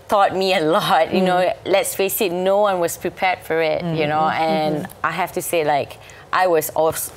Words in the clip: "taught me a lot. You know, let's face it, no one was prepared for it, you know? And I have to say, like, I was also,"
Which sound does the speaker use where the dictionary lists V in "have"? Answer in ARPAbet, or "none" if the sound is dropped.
F